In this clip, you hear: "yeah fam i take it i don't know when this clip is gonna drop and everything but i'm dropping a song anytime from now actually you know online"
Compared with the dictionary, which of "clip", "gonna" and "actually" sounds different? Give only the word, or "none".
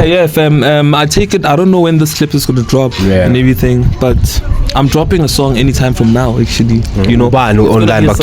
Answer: none